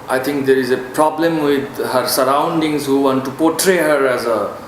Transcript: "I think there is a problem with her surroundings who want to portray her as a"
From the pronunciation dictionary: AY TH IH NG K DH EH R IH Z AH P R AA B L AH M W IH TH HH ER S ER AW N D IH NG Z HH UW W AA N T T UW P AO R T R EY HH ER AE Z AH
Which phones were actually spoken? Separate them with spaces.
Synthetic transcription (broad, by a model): AY T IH NG K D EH R IH Z AH P R AA B L AH M W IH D HH ER S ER AW N D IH NG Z HH UW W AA N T T UW P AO T R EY HH ER AE Z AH